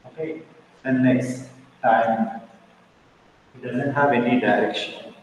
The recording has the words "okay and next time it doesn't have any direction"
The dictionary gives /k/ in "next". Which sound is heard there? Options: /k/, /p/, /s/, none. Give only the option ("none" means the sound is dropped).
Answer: none